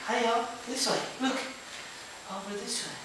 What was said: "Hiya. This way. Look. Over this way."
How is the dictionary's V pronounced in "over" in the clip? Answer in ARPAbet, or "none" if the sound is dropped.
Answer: W